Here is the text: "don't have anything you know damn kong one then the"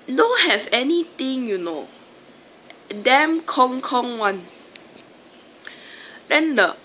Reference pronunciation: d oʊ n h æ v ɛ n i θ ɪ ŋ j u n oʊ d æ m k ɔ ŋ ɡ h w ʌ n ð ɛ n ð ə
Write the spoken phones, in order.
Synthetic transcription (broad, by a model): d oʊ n h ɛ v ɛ n i t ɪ ŋ j u n oʊ d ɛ m k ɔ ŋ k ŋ w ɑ n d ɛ n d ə